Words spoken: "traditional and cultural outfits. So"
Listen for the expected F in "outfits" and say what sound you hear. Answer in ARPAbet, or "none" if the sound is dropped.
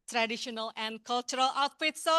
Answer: P